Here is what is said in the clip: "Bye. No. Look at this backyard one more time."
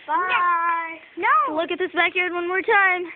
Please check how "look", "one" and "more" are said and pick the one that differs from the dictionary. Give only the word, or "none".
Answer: none